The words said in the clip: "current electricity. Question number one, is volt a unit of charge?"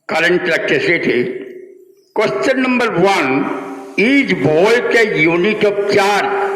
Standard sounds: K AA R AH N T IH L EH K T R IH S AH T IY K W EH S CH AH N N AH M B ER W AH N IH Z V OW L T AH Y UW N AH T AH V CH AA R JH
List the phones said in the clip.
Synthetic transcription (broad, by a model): K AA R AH N T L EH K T EH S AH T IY K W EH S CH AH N N AH M B ER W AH N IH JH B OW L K AH Y UW N AH T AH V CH AA R